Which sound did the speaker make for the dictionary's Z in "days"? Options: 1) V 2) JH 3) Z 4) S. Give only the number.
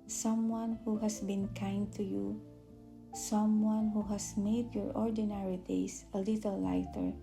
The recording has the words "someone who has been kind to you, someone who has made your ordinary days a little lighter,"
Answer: 4